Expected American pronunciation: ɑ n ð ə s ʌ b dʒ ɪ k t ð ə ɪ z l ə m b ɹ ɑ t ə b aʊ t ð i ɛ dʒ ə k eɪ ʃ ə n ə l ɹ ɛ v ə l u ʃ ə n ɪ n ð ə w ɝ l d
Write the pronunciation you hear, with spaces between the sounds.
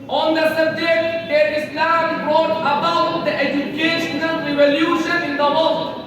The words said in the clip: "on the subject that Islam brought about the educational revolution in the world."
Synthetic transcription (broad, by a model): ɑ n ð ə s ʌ dʒ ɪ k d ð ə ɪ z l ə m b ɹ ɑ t ə b aʊ t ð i ɛ dʒ ə k eɪ ʃ ə n ə l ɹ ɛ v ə l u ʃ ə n ɪ n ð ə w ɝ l